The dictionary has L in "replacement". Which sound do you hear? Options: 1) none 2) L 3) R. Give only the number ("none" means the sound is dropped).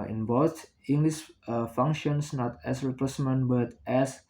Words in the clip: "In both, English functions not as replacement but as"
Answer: 1